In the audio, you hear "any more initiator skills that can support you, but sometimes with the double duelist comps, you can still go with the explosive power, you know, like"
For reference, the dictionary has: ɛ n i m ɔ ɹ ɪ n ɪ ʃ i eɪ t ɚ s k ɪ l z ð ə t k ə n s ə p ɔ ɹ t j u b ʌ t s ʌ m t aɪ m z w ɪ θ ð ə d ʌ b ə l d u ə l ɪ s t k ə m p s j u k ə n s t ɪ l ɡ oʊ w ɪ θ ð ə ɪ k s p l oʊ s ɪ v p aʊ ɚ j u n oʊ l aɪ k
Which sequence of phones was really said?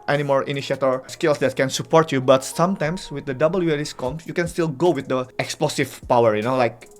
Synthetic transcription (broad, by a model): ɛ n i m ɔ ɹ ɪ n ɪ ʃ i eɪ t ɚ s k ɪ l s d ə t k ə n s ə p ɔ ɹ t j u b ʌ t s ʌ m t aɪ m s w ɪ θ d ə d ʌ b ə l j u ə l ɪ s k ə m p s j u k ə n s t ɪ l ɡ oʊ w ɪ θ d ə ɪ k s p l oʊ s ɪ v p aʊ ɚ j u n oʊ l aɪ k